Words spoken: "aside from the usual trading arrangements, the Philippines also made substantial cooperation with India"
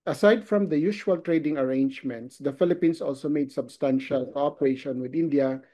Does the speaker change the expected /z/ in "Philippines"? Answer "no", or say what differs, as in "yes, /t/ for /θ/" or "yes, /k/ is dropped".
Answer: yes, /s/ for /z/